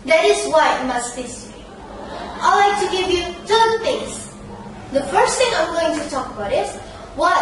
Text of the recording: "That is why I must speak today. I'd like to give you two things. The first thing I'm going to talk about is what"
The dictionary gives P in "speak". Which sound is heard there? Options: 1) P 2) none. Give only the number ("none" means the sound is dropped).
2